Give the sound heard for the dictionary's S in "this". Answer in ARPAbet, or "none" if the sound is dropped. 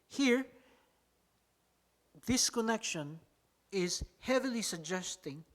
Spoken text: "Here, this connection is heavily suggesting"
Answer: S